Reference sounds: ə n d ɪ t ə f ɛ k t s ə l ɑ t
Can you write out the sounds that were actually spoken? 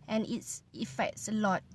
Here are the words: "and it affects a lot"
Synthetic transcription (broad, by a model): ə n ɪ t ə f ɛ k t s ə l ɑ t